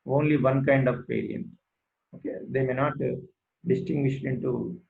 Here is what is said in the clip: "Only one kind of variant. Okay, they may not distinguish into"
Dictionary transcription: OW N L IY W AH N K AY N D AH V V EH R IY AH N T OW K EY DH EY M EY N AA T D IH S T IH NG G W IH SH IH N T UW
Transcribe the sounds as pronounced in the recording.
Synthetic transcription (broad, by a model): OW N L IY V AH N K AY N D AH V P EH R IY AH N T OW K EY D EY M EY N AA T D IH S T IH NG G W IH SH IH N T UW